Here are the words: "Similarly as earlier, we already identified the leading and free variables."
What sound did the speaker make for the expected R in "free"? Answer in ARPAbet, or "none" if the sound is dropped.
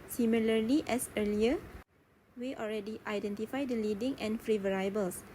R